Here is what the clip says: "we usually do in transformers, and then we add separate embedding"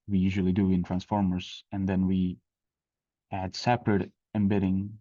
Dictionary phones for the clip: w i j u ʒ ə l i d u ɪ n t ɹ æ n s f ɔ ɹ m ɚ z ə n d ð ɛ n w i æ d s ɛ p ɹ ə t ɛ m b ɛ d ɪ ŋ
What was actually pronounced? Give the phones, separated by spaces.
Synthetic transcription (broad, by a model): w i j u ʒ ə l i d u ɪ n t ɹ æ n s f ɔ ɹ m ɚ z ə n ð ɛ n w i æ d s ɛ p ɹ ə t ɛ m b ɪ d ɪ ŋ